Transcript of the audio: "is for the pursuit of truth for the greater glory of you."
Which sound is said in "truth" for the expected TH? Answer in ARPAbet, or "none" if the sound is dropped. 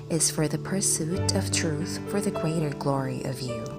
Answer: TH